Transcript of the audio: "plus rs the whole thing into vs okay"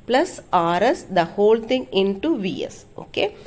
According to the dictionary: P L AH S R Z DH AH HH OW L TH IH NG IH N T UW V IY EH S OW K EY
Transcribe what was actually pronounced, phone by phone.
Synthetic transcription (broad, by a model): P L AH S R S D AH HH OW L T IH NG IH N T UW V IY EH S OW K EY